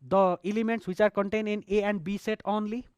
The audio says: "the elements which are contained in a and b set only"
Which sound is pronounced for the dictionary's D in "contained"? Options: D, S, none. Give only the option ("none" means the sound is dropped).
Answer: none